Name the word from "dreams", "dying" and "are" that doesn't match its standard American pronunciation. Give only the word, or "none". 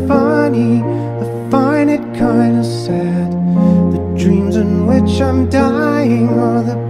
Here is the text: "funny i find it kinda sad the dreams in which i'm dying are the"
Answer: none